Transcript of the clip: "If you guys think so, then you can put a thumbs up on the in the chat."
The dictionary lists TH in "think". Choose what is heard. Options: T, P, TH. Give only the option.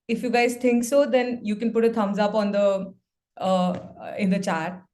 T